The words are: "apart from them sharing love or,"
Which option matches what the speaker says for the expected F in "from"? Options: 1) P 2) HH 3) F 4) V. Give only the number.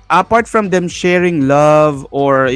3